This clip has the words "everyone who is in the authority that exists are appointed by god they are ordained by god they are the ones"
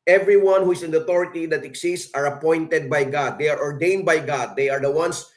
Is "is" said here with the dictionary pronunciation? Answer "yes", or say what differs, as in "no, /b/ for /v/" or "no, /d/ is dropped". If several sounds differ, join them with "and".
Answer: no, /s/ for /z/